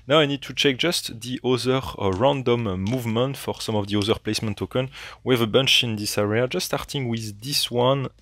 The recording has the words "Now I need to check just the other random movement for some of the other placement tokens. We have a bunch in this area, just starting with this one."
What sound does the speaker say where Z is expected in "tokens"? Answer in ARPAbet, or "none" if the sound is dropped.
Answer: none